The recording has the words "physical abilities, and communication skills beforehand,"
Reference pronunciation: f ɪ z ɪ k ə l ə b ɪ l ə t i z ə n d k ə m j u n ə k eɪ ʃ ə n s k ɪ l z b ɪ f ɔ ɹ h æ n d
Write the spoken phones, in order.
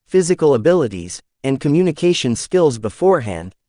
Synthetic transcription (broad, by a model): f ɪ z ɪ k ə l ə b ɪ l ə t i z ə n k ə m j u n ə k eɪ ʃ ə n s k ɪ l z b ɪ f ɔ ɹ h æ n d